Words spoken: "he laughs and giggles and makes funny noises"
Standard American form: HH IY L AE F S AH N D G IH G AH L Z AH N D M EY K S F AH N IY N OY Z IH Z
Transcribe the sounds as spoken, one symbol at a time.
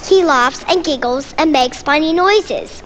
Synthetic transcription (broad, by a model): HH IY L AE F S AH N G IH G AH L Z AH N M EY K S P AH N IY N OY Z IH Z